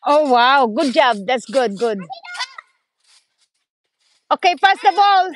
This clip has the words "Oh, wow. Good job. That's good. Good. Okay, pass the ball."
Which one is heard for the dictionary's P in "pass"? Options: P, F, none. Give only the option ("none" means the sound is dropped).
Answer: F